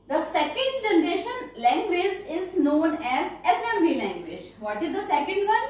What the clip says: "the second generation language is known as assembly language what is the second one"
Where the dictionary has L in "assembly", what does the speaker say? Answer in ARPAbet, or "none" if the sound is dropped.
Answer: none